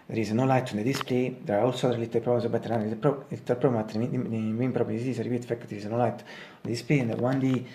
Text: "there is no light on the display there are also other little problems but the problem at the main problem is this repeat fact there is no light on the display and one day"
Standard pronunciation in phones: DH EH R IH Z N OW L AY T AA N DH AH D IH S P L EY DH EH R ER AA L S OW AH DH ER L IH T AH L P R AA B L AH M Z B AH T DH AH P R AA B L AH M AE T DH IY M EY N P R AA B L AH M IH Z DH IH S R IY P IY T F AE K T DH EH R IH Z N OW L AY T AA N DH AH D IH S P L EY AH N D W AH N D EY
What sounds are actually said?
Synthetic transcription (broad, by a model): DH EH R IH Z N OW L AY T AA N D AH D IH S P L EY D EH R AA AA L S OW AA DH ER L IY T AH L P R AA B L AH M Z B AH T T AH P R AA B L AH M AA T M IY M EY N P R AA B L AH M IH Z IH R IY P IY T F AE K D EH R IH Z N OW L AY T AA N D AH D IH S P L EY AH N D W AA N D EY